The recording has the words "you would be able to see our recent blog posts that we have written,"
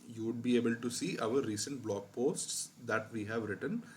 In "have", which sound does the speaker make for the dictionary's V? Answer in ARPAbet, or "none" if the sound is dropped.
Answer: V